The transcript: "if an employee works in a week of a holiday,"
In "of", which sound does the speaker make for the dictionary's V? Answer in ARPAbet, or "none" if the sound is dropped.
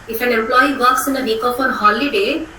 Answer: P